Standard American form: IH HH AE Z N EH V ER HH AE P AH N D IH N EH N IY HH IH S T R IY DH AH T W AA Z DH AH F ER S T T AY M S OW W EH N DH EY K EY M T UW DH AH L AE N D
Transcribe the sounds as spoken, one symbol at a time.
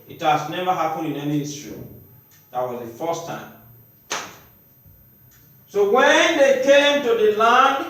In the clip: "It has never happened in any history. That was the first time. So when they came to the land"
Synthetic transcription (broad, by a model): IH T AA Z N EH V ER HH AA P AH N IH N EH N IY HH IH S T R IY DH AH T W AA Z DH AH F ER S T T AY M S OW W EH N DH EY K EY M T UW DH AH L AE N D